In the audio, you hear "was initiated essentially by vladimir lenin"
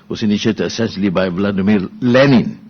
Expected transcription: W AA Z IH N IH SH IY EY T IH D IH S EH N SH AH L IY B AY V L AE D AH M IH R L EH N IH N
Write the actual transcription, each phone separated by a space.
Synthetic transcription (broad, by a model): W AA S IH N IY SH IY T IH IH S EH N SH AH L IY B AY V L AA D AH M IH L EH N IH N